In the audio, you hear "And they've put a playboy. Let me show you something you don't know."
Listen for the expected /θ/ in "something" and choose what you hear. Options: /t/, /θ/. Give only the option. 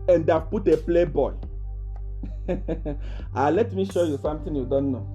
/t/